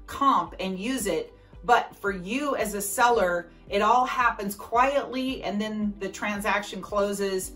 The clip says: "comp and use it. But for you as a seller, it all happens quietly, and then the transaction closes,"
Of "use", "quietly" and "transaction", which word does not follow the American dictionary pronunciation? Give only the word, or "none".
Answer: none